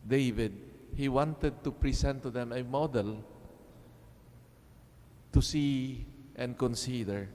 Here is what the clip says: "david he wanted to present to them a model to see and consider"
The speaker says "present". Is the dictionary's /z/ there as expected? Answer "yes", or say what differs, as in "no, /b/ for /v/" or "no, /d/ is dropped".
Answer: no, /s/ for /z/